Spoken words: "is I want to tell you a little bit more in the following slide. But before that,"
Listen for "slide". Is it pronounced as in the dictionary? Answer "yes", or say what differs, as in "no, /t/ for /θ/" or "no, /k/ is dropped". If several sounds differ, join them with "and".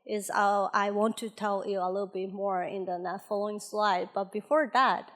yes